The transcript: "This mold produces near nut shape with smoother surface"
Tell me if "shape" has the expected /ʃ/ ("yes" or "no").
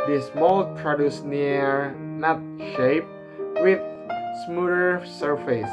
yes